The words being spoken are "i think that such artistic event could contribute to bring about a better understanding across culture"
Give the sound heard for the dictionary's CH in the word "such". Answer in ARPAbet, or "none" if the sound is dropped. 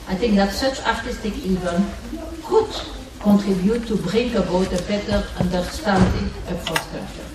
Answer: CH